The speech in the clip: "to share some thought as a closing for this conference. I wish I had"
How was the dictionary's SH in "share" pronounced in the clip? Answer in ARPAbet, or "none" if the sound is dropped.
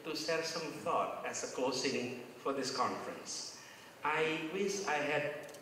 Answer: S